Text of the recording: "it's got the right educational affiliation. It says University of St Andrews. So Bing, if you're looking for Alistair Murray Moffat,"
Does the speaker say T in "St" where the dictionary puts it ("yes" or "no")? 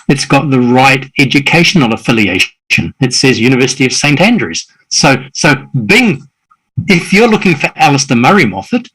yes